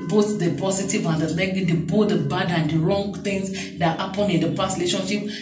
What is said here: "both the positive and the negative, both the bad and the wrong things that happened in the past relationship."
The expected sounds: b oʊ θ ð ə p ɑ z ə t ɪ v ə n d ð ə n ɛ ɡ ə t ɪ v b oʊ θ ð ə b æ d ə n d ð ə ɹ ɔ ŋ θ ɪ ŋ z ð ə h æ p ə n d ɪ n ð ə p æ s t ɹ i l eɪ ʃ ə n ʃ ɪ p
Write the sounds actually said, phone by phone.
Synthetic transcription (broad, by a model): b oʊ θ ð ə p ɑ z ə t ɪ v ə n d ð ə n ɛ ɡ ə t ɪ b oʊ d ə b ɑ d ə n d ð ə ɹ ɔ ŋ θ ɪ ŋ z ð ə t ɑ p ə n ɪ n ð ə p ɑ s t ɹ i l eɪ ʃ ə n ʃ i p